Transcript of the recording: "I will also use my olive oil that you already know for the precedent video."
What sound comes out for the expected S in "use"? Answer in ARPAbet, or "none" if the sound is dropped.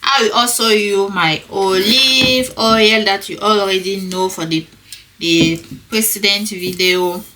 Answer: none